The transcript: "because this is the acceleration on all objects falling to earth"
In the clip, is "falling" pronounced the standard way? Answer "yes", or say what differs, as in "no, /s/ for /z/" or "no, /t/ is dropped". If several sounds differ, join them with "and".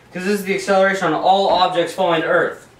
no, /l/ is dropped